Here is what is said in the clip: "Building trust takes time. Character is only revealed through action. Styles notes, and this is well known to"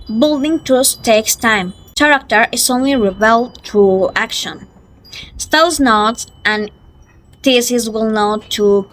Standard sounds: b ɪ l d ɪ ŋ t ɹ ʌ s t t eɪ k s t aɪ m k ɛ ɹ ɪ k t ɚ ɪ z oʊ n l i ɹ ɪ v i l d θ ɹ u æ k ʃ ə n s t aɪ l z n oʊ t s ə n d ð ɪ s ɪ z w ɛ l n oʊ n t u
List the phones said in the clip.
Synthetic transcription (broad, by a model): b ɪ l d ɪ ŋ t ʌ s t t eɪ k s t aɪ m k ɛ ɹ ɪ k t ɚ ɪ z oʊ n l i ɹ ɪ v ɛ l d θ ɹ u æ k ʃ ə n s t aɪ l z n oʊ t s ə n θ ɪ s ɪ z w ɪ l n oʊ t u